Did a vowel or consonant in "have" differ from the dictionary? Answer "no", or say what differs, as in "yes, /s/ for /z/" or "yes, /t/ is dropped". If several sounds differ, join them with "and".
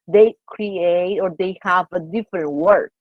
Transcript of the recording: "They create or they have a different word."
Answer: no